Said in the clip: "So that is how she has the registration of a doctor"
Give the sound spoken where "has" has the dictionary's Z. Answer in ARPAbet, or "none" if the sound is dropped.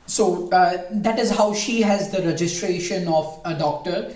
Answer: Z